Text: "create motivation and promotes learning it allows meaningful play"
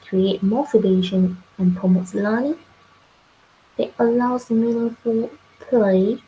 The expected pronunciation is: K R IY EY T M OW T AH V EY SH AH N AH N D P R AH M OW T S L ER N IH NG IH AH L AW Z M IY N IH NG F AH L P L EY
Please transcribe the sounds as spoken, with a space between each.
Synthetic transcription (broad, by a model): K R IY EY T M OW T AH B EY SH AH N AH N P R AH M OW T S L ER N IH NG IH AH L AW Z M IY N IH F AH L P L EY